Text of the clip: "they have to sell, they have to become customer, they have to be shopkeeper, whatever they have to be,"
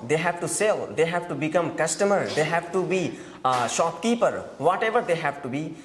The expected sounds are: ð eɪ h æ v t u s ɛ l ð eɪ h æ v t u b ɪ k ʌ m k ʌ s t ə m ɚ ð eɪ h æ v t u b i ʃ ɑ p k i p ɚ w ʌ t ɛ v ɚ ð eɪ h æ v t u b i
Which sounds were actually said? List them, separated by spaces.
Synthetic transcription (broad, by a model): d eɪ h æ v t u s ɛ l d eɪ h æ v t u b ɪ k ʌ m k ʌ s t ə m ɚ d eɪ h æ v t u b i ʃ ɑ p k i p ɚ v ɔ t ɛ v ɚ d eɪ h æ v t u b i